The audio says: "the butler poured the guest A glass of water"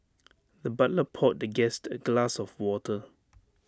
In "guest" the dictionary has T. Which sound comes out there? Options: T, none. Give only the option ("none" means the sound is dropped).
T